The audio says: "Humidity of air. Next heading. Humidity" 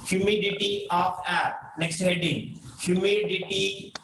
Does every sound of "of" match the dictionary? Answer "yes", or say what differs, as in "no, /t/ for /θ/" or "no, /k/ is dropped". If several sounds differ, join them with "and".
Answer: no, /p/ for /v/